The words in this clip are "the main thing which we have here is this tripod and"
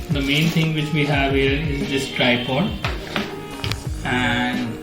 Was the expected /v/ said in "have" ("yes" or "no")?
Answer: yes